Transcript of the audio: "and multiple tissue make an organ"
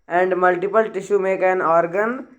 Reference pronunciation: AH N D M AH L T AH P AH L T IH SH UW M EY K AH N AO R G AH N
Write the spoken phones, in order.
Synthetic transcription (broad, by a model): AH N D M AH L T AH P AH L T IH SH UW M EY K AH N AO R G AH N